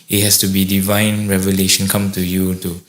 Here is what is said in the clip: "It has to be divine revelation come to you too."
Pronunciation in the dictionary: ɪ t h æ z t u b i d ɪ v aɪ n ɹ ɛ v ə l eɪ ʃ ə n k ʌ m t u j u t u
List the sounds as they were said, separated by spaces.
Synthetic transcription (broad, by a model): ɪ t h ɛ s t u b i d ɪ v aɪ n ɹ ɛ v ə l eɪ ʃ ə n k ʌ m t u j u t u